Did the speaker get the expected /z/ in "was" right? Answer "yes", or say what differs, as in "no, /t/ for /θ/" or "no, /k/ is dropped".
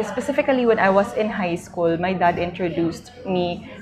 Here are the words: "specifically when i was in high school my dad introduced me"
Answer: no, /s/ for /z/